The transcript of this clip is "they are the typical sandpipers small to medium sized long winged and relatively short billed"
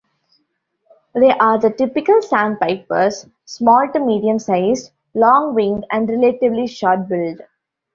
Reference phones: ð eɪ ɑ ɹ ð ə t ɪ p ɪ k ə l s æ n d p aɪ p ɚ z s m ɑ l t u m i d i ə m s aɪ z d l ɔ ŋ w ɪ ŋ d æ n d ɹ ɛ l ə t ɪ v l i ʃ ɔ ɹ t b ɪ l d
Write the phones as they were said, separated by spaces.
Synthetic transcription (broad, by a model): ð eɪ ɑ ɹ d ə t ɪ p ɪ k ə l s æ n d p aɪ p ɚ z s m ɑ l t u m i d i ə m s aɪ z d l ɔ ŋ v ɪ ŋ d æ n d ɹ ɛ l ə t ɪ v l i ʃ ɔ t b ɪ l d